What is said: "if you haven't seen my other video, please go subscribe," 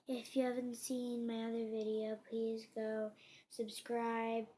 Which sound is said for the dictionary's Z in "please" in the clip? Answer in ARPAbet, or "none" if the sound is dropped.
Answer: Z